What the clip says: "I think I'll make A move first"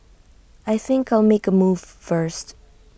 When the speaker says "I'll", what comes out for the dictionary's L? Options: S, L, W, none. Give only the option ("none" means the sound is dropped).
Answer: L